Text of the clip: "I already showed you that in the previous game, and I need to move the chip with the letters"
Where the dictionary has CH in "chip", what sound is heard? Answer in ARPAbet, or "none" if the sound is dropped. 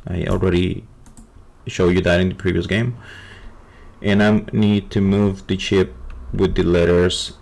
CH